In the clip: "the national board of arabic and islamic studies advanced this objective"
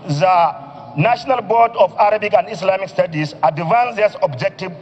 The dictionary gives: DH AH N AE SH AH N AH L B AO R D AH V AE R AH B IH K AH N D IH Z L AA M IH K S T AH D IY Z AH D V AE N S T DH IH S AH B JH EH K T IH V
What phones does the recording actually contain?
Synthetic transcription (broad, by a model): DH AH N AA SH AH N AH L B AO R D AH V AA R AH B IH K AH N D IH S L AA M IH K S T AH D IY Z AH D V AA N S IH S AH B JH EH K T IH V